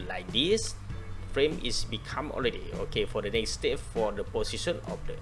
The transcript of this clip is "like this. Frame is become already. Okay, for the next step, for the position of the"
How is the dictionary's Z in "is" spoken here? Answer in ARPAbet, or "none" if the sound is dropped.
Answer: S